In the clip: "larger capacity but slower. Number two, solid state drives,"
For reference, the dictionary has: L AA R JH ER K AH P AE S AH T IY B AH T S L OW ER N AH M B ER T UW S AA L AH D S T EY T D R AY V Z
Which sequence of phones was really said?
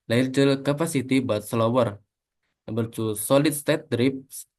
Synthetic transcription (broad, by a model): L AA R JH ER K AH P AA S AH T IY B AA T S L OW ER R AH B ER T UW S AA L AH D S T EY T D R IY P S